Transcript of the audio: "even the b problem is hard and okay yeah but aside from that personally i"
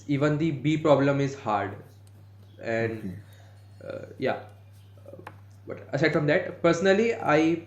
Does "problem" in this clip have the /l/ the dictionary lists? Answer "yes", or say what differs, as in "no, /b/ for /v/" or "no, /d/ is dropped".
yes